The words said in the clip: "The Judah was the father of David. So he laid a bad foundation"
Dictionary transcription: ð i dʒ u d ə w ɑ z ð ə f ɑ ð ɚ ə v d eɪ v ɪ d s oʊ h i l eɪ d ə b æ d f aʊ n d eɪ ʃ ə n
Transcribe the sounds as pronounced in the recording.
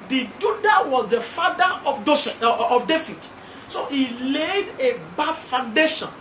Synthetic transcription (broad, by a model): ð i dʒ u d ə w ɑ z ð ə f ɑ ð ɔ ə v d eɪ f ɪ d s oʊ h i l eɪ d ə b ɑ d f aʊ n d eɪ ʃ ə n